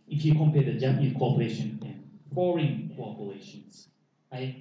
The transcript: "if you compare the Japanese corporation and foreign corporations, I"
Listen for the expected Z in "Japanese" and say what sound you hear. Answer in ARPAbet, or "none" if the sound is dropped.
none